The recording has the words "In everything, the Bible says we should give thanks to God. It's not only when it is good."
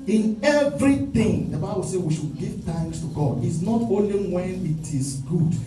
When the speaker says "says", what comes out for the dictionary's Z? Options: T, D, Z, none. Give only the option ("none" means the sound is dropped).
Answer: none